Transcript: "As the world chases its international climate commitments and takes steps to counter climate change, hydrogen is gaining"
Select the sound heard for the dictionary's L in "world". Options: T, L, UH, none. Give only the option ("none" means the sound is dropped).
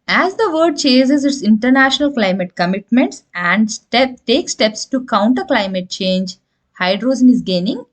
none